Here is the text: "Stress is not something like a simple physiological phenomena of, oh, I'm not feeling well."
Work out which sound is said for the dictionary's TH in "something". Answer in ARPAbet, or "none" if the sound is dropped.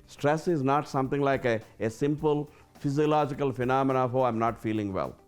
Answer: T